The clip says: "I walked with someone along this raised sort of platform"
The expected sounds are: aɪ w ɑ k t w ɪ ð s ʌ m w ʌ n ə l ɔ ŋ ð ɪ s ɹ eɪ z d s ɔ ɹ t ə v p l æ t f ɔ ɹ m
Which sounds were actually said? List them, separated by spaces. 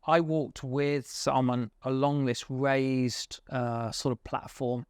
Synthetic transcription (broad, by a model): aɪ w ɑ k t w ɪ ð s ʌ m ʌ n ə l ɔ ŋ ð ɪ s ɹ eɪ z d s ɔ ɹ t ə v p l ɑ t f ɔ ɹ m